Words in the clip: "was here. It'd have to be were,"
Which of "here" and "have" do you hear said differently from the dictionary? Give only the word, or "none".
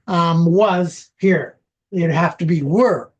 have